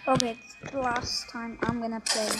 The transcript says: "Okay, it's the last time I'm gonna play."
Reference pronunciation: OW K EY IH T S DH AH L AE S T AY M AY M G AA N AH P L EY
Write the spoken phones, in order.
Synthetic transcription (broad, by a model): OW K EY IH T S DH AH L AE S T AY M AY M G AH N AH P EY